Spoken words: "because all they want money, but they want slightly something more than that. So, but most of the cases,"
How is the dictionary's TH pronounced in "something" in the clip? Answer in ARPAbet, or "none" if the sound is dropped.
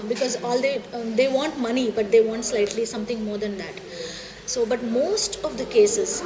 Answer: T